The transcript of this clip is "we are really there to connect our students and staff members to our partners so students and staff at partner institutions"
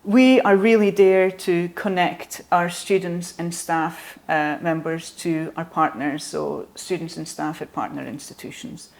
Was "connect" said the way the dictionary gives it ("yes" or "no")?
yes